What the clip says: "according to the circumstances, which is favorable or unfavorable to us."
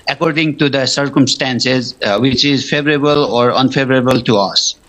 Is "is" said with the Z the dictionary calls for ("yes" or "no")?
yes